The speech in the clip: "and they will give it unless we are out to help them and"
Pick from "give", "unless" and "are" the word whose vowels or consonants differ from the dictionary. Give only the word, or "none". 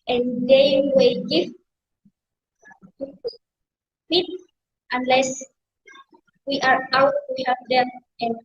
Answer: give